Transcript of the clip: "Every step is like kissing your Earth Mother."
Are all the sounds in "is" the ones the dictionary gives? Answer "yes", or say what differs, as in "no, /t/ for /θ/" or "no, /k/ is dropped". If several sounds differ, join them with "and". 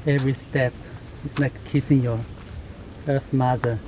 no, /s/ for /z/